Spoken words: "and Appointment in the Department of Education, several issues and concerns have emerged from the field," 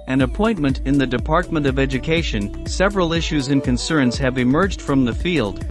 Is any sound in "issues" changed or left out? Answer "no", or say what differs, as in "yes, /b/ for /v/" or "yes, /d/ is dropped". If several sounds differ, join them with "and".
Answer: no